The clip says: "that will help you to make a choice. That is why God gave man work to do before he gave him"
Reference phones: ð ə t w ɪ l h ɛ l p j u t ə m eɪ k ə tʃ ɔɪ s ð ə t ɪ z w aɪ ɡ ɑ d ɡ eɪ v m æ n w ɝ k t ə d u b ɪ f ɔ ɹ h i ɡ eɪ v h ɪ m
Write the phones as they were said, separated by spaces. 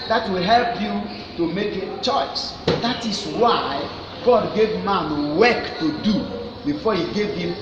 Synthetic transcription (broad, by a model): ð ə t w ɪ l h ɛ l p j u t ə m eɪ k ə tʃ ɔɪ s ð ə t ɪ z w aɪ ɡ ɑ d ɡ eɪ v m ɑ n w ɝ k t ə d u b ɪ f ɔ h i ɡ eɪ v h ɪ m